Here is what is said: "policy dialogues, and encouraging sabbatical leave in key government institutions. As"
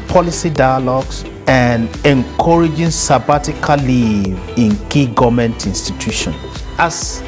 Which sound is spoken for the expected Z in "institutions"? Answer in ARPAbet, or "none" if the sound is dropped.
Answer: none